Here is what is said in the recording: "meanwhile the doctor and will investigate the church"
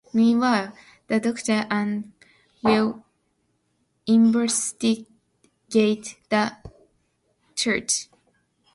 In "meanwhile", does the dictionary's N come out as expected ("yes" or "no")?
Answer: no